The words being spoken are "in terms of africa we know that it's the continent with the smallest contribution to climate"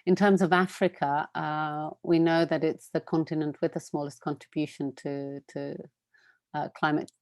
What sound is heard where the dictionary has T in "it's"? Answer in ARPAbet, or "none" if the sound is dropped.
T